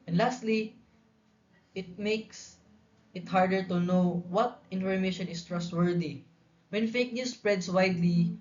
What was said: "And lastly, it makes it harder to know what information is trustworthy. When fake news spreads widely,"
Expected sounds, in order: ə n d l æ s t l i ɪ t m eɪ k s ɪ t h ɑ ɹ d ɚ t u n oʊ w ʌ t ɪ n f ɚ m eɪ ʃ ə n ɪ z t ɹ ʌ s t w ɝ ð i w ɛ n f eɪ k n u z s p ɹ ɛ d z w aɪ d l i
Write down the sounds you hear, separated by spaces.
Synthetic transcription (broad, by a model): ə n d l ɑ s t l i ɪ t m eɪ k s ɪ t h ɑ ɹ d ɚ t u n oʊ w ʌ t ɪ n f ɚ m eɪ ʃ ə n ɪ s t ɹ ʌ s t w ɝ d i w ɛ n f eɪ k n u s p ɹ ɛ d s w aɪ d l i